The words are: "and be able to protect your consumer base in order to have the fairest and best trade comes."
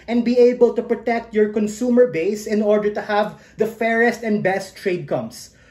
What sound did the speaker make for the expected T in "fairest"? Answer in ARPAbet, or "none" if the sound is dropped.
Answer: T